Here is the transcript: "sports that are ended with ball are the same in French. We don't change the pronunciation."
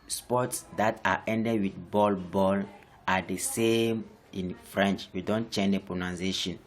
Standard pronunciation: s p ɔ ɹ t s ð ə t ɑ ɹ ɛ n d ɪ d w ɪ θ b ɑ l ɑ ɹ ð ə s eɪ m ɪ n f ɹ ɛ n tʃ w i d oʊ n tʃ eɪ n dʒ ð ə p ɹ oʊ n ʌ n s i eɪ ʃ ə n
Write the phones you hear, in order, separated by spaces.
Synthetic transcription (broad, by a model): s p ɔ t s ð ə t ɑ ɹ ɛ n d ɪ d w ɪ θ b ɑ l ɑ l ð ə s eɪ m ɪ n f ɹ ɛ n tʃ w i d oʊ n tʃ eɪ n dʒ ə p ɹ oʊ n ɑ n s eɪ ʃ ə n